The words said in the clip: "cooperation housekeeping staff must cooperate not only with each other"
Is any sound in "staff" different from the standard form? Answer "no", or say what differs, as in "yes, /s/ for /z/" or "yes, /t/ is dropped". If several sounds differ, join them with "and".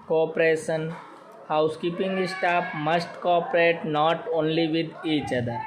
yes, /p/ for /f/